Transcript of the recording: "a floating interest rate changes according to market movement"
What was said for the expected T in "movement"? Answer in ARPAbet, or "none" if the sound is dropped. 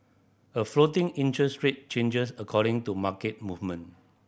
none